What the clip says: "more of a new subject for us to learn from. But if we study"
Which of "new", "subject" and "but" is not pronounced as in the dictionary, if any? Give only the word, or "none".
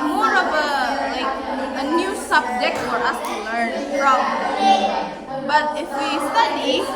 none